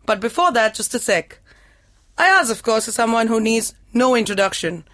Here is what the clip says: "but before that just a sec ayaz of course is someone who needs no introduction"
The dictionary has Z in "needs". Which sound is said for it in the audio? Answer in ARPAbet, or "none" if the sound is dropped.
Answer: Z